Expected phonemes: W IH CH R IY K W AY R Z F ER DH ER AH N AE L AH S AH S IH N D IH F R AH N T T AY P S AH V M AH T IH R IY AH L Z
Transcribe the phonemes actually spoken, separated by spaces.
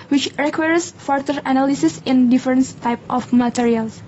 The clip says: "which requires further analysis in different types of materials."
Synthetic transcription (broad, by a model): W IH CH R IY K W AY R S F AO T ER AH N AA L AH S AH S IH N D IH F R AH N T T AY P AH F M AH T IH R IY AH L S